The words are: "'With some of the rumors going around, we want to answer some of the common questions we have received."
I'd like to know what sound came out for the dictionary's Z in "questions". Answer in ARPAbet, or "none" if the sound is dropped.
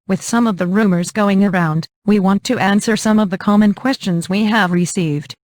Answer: Z